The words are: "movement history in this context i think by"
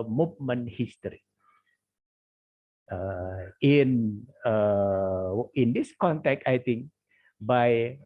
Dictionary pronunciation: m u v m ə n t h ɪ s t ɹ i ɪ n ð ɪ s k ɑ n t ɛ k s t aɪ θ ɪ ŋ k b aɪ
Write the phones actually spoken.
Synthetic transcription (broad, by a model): m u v m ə n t h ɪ s t ɹ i ɪ n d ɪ s k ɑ n t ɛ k t aɪ t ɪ ŋ k b aɪ